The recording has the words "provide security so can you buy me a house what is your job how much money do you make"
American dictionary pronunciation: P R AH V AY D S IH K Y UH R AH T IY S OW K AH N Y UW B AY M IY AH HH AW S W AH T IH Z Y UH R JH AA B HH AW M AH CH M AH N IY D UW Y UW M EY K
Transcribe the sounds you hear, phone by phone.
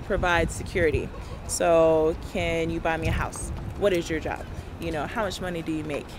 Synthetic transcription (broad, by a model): P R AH V AY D S IH K Y UH R AH T IY S OW K AH N Y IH B AY M IY AH HH AW S W AH T IH Z Y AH R JH AA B HH AW M AH CH M AH N IY D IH Y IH M EY K